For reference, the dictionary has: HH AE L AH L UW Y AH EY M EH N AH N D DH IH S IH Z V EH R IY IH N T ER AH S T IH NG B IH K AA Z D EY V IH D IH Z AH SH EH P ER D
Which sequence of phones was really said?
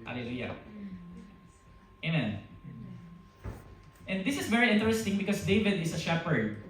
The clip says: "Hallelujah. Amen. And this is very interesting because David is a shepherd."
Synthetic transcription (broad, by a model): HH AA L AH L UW Y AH EY M EH N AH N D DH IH S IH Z V EH R IY IH N T ER AH S T IH NG B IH K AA S D EY V IH D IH S AH SH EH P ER D